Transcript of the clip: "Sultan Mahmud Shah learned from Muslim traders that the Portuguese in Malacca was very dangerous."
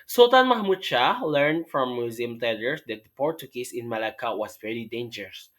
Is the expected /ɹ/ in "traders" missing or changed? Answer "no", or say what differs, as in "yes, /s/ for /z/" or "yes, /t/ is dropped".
yes, /ɹ/ is dropped